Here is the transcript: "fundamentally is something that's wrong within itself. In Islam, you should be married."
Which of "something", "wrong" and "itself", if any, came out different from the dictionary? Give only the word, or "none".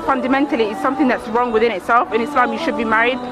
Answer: none